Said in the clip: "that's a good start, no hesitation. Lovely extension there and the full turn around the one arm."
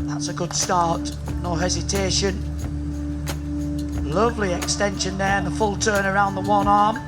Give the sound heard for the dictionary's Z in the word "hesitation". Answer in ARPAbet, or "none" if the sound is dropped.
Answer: Z